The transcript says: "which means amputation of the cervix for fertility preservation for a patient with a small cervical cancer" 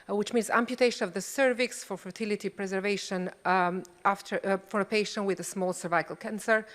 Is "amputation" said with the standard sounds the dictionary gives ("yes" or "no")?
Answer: yes